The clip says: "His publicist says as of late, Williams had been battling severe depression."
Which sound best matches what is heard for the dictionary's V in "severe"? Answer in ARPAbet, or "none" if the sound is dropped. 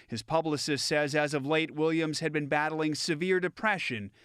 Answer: V